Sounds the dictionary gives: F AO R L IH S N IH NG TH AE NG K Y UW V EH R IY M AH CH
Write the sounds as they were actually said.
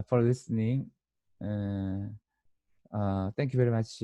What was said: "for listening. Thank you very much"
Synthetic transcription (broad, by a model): F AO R L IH S N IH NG T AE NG K Y UW V EH R IY M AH CH